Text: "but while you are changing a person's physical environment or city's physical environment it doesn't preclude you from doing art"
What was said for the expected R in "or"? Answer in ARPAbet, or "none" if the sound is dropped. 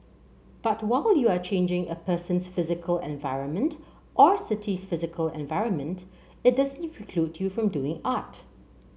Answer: R